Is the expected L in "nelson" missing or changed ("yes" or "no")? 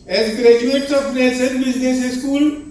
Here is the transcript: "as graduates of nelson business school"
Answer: yes